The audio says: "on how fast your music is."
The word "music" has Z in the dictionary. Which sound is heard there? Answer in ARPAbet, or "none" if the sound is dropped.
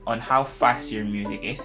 Z